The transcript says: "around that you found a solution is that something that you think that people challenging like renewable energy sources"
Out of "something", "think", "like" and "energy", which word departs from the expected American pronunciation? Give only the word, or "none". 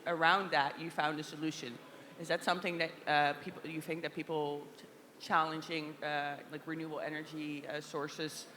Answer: none